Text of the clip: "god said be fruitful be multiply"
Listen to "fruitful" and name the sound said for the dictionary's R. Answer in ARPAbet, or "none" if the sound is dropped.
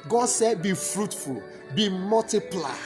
R